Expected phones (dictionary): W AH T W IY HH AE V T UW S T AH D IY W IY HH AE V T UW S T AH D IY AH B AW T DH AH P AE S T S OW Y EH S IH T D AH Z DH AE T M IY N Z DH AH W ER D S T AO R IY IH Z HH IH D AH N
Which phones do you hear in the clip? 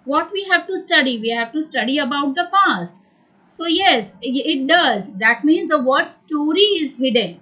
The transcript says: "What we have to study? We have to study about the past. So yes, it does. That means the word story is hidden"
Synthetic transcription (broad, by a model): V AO T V IY HH AE V T UW S T AH D IY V IY HH AE V T UW S T AH D IY AH B AW T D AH F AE S T S OW Y EH S IH T D AH Z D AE T M IY N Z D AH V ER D S T AO R IY IH Z HH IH D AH N